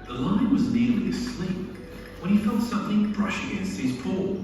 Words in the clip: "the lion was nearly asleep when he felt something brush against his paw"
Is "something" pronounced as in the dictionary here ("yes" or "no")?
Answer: yes